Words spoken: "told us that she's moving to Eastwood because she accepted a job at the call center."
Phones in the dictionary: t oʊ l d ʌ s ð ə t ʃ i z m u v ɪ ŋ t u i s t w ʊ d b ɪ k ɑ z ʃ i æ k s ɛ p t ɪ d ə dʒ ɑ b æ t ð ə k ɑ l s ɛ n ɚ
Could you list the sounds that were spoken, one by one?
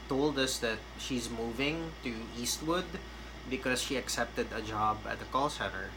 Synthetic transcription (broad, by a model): t oʊ l d ʌ s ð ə t ʃ i z m u v ɪ ŋ t u i s t w ʊ d b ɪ k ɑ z ʃ i æ k s ɛ p t ɪ d ə dʒ ɑ b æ t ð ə k ɑ l s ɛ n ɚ